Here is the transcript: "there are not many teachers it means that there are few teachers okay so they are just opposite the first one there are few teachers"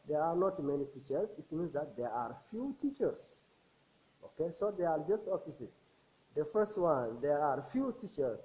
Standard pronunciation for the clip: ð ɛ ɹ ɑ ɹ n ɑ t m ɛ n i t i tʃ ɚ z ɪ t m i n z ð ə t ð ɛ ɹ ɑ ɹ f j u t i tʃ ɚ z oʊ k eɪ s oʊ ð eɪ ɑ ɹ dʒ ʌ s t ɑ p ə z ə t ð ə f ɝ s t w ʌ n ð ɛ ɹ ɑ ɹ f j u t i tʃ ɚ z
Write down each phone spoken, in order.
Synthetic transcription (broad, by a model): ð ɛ ɹ ɑ ɹ n ɑ t m ɛ n i t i tʃ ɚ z ɪ t m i n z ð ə t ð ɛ ɹ ɑ ɹ f j u t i tʃ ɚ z oʊ k eɪ s oʊ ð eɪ ɑ ɹ dʒ ʌ s t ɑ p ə s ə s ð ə f ɝ s t w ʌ n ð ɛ ɹ ɑ ɹ f j u t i tʃ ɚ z